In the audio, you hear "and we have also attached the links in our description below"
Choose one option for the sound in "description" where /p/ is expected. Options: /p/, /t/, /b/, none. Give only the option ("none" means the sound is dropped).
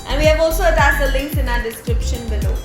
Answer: /p/